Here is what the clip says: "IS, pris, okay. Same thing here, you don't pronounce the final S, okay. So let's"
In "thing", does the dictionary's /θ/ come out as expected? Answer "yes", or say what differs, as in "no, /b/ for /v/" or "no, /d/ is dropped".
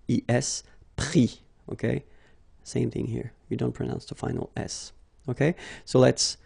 yes